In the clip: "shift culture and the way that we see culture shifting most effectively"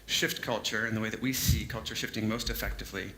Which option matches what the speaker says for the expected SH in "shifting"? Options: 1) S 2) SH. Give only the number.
2